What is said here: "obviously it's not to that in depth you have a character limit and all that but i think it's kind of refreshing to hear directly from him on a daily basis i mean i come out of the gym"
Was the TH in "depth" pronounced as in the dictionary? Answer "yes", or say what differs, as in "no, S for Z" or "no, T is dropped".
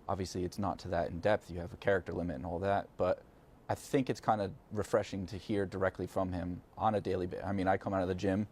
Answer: yes